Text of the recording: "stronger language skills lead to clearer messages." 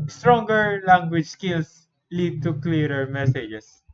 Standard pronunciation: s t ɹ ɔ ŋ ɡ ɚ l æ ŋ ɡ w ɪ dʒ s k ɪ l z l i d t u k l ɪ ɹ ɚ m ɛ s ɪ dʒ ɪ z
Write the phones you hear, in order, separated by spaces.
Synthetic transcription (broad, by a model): s t ɹ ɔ ŋ ɡ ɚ l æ ŋ ɡ w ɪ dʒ s k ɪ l s l i d t u k l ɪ ɹ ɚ m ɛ s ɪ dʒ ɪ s